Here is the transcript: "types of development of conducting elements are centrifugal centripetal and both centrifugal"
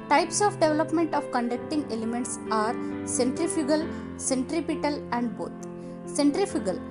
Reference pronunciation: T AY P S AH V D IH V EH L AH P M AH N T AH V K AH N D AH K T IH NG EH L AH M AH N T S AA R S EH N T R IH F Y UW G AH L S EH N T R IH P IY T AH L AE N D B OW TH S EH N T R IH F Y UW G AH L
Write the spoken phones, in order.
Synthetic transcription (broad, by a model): T AY P S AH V D IH V EH L AH P M AH N T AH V K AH N D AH K T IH NG EH L AH M AH N T S AA R S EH N T R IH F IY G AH L S EH N T R IH P IY T AH L AE N D B OW T S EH N T R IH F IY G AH L